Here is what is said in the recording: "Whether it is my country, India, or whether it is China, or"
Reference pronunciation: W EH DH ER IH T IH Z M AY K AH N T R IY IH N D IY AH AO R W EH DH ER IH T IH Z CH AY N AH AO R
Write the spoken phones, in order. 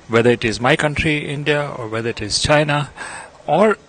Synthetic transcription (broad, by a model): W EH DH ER IH T IH Z M AY K AH N T R IY IH N D IY AH AO R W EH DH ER IH T IH Z CH AY N AH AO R